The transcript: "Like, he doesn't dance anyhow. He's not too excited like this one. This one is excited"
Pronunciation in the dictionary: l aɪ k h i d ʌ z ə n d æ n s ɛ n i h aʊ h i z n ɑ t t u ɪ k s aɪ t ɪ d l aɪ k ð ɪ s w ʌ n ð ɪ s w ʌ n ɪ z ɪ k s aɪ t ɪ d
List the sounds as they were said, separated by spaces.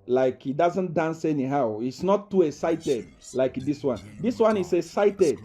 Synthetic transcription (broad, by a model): l aɪ k h i d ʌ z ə n d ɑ n s ɛ n i h aʊ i s n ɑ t t u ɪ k s aɪ t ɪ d l aɪ k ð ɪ s w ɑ n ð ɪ s w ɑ n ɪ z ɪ s aɪ t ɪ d